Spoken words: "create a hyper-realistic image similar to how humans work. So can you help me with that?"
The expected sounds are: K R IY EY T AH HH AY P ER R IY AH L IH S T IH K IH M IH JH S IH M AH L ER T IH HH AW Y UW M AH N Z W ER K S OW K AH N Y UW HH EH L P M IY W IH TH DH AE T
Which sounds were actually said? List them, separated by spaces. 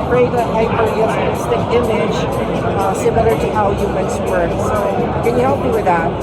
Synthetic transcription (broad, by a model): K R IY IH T AH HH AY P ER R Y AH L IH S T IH IH M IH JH S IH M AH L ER T IH HH AW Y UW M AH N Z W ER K S OW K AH N Y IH HH EH L P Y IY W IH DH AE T